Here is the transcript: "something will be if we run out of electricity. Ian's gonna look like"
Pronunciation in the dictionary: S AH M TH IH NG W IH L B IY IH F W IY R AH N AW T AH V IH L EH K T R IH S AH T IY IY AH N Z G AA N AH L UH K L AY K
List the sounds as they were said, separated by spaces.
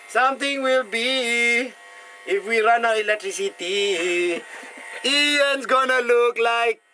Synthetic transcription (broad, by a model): S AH M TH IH NG W IH L B IY IH F W IY R AH N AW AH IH L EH K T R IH S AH T IY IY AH N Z G AA N AH L UH K L AY K